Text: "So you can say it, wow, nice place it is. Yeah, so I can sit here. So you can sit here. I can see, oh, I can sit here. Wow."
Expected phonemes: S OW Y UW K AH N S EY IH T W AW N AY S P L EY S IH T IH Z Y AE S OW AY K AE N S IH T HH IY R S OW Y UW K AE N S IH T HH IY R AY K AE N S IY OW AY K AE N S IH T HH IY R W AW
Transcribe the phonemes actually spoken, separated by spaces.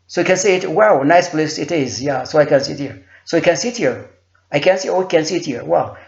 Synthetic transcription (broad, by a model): S OW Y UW K AH N S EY IH T W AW N AY S P L EY S IH T IH Z Y AE S OW AY K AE N S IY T HH IY R S OW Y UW K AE N S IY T HH IY R AY K AE N S IY OW K AE N S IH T HH IY R W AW